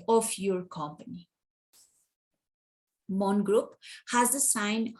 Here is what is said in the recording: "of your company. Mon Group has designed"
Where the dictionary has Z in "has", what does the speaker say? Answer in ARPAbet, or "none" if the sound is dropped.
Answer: Z